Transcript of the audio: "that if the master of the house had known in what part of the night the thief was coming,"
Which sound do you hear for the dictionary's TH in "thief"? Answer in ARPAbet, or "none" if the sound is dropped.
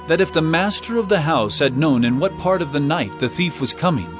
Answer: TH